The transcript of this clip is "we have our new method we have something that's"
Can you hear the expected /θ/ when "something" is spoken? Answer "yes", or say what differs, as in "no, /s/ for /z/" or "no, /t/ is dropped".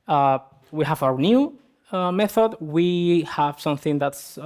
yes